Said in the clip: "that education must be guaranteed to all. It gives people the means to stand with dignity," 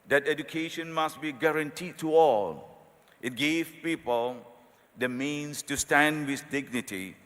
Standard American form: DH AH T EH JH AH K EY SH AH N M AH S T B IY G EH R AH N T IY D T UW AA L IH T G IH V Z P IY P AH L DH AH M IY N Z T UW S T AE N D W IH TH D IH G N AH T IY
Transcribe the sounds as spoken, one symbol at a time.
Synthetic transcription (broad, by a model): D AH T EH JH AH K EY SH AH N M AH S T B IY G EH R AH N T IY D T UW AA L IH T G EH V P IY P AH L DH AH M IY N S T UW S T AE N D W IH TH D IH G N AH T IY